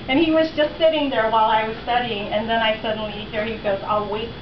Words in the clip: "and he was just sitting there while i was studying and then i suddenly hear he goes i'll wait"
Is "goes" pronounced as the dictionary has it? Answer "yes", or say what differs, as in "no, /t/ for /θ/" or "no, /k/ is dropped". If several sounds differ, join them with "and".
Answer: yes